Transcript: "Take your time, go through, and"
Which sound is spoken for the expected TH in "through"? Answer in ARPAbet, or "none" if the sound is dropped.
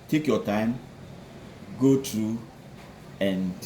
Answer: T